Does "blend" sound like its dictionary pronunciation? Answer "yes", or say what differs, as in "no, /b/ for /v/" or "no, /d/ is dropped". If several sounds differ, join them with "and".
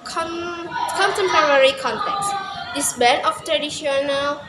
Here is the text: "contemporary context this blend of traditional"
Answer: no, /l/ is dropped and /d/ is dropped